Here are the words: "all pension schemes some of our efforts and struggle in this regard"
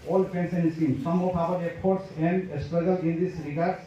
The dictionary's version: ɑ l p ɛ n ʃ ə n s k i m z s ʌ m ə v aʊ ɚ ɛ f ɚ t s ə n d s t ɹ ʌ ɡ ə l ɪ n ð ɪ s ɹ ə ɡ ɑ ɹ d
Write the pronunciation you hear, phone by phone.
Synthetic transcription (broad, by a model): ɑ l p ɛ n s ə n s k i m s ʌ m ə p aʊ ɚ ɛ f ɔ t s ə n d s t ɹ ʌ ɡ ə l ɪ n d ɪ s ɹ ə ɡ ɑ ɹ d